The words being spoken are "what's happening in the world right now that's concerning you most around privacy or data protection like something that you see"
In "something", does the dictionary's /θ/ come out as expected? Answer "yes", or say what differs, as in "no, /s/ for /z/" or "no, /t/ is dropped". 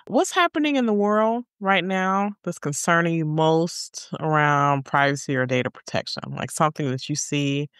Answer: yes